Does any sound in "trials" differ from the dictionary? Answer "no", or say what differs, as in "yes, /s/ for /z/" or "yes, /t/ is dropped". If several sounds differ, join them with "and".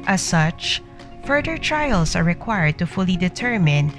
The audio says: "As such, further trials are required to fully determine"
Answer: yes, /s/ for /z/